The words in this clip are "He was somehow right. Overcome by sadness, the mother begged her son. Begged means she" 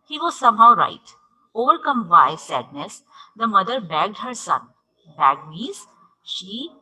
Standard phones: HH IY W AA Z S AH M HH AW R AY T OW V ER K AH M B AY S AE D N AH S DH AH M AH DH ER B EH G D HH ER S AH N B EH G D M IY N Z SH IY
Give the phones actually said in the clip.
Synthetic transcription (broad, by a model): HH IY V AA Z S AH M HH AW R AY T OW V ER K AH M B AY S AE D N AH S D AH M AH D ER B EH G D HH ER S AH N B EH G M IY Z SH IY